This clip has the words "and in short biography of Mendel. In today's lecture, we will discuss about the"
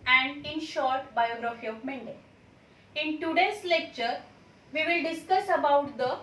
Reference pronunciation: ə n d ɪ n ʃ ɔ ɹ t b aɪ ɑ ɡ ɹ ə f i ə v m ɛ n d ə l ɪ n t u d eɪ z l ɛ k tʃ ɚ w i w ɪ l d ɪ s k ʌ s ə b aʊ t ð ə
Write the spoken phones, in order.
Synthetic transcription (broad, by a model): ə n d ɪ n ʃ ɔ ɹ t b aɪ ɑ ɡ ɹ ə f i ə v m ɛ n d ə ɪ n t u d eɪ s l ɛ k tʃ ɚ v i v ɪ l d ɪ s k ʌ s ə b aʊ t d ə